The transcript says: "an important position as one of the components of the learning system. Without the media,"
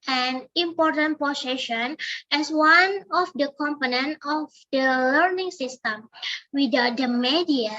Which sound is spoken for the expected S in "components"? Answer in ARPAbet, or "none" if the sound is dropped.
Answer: none